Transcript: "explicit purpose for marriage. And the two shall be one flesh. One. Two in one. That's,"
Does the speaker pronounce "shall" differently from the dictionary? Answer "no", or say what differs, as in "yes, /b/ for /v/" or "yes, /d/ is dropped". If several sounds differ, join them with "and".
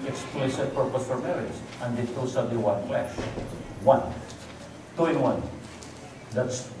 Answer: yes, /s/ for /ʃ/